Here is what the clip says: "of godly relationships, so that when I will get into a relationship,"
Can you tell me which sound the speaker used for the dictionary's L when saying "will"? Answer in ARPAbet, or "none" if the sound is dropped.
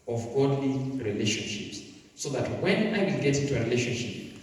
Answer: L